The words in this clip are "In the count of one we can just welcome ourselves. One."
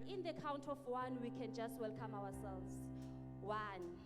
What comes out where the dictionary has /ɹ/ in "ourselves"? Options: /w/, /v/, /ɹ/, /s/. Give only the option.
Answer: /w/